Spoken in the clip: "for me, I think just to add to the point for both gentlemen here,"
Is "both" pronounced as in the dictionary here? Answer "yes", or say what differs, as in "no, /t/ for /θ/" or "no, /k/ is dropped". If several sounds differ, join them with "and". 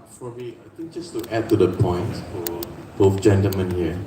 no, /f/ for /θ/